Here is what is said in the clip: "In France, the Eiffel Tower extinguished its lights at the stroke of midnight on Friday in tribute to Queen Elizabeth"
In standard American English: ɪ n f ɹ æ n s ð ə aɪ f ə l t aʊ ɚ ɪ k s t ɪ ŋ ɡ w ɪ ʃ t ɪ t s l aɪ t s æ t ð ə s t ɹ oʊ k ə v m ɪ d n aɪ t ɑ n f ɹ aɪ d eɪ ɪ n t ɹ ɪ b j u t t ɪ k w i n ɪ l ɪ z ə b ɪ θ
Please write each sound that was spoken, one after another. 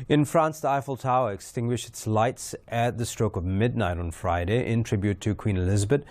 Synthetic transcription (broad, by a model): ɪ n f ɹ æ n s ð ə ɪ f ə l t aʊ ɚ ɪ k s t ɪ ŋ ɡ w ɪ ʃ t ɪ t s l aɪ t s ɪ t ð ə s t ɹ oʊ k ə v m ɪ d n aɪ t n f ɹ aɪ d eɪ ɪ n t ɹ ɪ b j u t t ɪ k w i n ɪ l ɪ z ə b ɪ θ